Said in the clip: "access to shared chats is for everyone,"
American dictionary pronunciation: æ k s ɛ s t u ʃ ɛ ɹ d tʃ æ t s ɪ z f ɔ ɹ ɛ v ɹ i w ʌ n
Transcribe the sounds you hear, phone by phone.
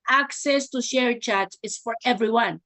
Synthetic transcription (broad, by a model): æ k s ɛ s t u ʃ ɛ ɹ tʃ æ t ɪ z f ɔ ɹ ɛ v ɹ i w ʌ n